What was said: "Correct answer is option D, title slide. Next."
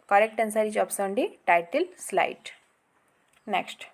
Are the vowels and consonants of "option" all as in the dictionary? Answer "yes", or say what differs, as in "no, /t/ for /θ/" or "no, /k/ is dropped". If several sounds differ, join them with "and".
no, /s/ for /ʃ/